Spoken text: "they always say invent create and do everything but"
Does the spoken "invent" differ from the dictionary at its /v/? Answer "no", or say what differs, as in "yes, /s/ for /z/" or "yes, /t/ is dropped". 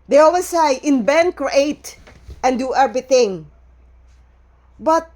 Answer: yes, /b/ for /v/